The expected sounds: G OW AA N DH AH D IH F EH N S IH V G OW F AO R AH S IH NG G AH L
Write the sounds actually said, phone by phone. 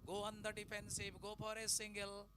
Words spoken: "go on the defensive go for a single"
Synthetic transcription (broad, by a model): G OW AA N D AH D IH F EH N S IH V G OW P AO R AH S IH NG G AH L